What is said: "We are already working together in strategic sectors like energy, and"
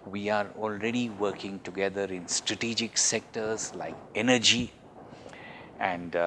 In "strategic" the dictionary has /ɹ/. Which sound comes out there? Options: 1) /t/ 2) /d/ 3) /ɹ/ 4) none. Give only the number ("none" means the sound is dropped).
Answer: 3